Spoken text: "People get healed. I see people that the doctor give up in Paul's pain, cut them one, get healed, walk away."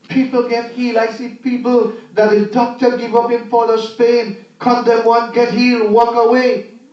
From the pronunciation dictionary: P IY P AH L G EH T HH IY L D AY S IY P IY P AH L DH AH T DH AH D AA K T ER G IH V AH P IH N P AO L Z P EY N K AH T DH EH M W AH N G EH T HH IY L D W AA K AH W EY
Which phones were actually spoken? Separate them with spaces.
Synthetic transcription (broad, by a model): P IY P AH L G EH T HH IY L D AY S IY P IY P AH L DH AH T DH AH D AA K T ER G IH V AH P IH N F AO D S P EY N K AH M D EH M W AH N G EH T HH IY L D W AA K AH W EY